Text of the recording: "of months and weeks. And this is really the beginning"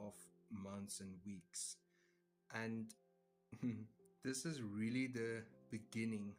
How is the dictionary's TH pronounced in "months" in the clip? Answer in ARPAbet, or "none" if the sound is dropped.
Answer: T